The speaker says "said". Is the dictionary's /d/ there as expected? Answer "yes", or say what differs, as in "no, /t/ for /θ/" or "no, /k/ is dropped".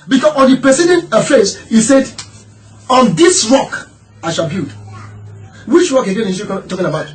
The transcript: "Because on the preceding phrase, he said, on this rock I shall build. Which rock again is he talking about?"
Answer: yes